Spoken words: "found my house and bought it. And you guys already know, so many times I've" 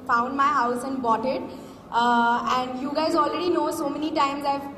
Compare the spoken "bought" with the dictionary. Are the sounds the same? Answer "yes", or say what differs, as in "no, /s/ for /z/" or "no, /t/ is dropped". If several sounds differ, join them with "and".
yes